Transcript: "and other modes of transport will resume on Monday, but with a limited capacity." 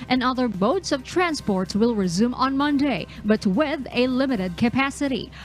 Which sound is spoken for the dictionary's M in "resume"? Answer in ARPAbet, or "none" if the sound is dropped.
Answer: M